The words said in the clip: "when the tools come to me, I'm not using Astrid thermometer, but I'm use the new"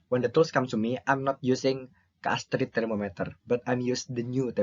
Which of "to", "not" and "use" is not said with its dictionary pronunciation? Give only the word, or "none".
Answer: to